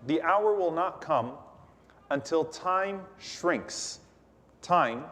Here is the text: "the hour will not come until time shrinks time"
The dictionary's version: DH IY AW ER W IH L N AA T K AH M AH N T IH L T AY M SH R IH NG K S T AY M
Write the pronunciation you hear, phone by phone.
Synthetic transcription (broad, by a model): DH IY AW ER W IH L N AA T K AH M AH N T IH L T AY M SH R IH NG K S T AY M